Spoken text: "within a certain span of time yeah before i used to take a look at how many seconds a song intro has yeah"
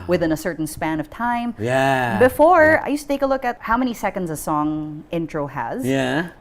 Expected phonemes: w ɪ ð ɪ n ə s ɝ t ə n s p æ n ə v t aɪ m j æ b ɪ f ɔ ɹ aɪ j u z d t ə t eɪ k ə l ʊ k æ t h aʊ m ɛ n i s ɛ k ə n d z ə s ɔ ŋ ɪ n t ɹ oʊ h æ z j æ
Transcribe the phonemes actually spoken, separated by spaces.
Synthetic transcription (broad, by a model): w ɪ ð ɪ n ə s ɝ t n s p æ n ə v t aɪ m j æ b ɪ f ɔ ɹ aɪ j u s t ə t eɪ k ə l ʊ k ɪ t h aʊ m ɛ n i s ɛ k ə n d z ə s ɔ ŋ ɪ n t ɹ oʊ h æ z j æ